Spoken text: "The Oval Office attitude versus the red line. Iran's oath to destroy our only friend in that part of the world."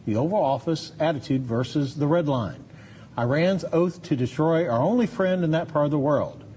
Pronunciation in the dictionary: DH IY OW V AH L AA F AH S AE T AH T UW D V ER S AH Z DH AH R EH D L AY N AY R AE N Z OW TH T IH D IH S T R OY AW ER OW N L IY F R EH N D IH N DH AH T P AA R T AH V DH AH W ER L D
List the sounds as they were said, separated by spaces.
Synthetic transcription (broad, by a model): DH IY OW V AH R AA F AH S AE T AH T UW D V ER S AH Z DH AH R EH D L AY N AY R AE N Z OW TH T IH D IH S T R OY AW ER OW N L IY F R EH N D IH N DH AH T P AA R T AH V DH AH W ER L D